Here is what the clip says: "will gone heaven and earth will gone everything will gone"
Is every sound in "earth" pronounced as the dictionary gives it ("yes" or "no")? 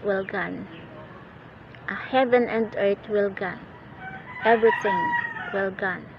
no